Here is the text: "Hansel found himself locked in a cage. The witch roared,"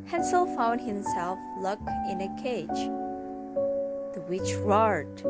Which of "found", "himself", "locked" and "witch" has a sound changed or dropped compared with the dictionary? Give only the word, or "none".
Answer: locked